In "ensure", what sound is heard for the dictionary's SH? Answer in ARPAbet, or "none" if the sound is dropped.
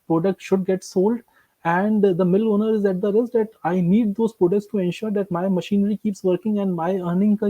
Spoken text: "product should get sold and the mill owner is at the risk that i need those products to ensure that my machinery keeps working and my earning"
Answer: SH